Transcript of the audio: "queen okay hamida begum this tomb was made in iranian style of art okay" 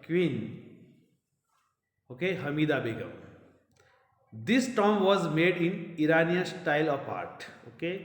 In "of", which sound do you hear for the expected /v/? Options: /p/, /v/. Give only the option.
/p/